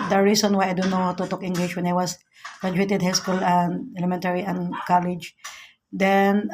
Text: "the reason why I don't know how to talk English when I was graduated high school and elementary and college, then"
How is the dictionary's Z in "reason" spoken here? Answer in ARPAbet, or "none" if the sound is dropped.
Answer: S